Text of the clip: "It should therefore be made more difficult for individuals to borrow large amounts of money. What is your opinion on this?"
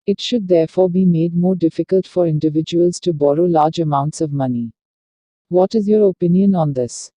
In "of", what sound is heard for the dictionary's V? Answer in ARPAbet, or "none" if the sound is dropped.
V